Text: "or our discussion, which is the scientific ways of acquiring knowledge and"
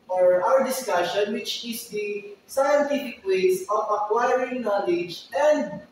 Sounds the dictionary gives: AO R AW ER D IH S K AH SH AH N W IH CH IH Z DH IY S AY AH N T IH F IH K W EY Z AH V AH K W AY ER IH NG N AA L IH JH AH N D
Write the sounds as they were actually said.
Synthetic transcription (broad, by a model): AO R AW ER D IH S K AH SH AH N W IH CH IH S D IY S AY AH N T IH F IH K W EY S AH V AH K W AY ER IH NG N AA L IH JH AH N D